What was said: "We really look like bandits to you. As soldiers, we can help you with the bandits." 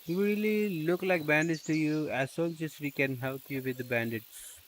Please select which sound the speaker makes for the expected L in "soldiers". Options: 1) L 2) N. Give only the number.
2